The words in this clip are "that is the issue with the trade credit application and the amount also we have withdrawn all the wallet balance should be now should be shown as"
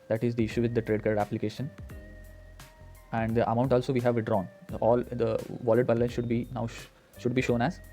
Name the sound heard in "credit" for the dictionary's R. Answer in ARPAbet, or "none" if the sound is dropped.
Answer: none